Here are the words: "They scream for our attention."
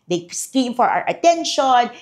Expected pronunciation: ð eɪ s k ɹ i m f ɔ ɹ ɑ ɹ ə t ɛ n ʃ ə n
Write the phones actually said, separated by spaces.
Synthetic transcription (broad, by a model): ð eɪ s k i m f ɔ ɹ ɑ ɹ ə t ɛ n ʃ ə n